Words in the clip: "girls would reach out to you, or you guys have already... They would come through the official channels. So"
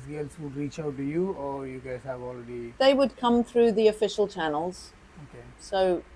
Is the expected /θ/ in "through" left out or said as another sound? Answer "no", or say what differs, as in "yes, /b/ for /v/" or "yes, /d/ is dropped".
no